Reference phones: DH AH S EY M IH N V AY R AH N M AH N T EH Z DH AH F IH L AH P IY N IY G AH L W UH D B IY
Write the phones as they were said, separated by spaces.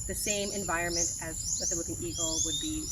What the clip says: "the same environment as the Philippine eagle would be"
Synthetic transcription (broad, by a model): DH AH S EY M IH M V AY R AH N M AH N T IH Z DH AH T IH W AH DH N IY G L W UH D B IY